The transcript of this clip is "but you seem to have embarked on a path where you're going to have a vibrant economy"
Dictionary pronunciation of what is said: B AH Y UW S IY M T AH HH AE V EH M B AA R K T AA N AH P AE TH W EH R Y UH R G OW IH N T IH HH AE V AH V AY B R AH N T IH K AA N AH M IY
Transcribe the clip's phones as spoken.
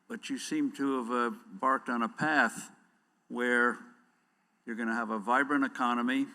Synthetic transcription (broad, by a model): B AH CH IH S IY M T AH V B AA R K T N AH P AE TH W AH R Y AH R G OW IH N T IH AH V AH V AY B R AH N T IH K AA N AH M IY